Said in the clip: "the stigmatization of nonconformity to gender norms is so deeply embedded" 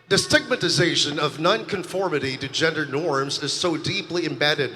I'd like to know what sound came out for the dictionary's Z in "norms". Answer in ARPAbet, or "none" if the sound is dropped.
Z